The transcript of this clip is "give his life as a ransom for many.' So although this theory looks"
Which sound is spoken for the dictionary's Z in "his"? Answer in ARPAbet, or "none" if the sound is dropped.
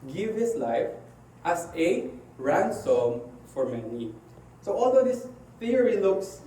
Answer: S